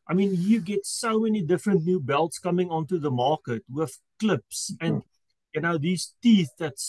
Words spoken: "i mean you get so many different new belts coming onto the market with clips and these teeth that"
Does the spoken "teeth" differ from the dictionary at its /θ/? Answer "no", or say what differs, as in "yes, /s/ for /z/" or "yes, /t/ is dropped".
no